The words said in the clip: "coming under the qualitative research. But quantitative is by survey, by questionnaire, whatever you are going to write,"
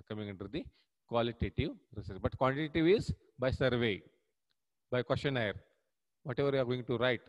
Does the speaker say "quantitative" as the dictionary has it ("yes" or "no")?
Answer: no